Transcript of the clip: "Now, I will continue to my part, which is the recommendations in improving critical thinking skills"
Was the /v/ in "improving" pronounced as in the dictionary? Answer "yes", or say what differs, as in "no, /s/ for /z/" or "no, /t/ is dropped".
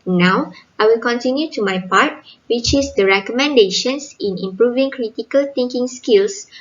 yes